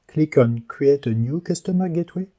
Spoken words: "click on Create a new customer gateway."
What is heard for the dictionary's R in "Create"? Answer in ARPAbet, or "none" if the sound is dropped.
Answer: W